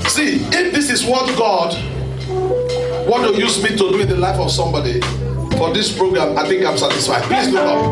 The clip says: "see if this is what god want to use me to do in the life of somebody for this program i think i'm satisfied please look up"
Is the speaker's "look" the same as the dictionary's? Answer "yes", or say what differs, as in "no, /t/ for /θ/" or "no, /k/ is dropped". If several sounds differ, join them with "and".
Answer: no, /k/ is dropped